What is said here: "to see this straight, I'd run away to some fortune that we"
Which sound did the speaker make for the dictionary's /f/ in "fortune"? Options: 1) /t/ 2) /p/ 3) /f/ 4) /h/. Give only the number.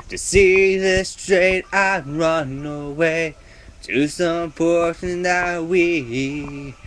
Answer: 2